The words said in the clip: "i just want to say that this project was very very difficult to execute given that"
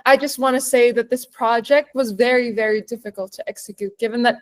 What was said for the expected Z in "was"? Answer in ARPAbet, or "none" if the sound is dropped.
Z